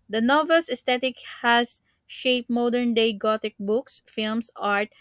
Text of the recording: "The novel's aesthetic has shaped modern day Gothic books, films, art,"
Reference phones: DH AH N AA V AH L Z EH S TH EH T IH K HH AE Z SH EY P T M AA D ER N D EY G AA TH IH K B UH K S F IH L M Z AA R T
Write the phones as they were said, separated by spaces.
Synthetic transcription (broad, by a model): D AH N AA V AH L S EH S T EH T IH K HH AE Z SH EY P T M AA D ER N D EY G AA T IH K B UH K S F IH L M S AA R T